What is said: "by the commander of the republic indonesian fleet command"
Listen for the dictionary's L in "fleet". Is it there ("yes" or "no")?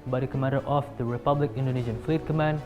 yes